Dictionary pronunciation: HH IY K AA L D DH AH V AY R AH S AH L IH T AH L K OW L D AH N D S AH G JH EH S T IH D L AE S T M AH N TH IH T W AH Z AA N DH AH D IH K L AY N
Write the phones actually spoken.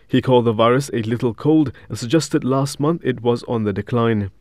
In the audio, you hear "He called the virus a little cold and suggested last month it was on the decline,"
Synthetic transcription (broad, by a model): HH IY K AA L D DH AH V AY R AH S AH L IH T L K OW L D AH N S AH G JH EH S T IH D L AE S T M AH N TH IH T W AH Z N DH AH D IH K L AY N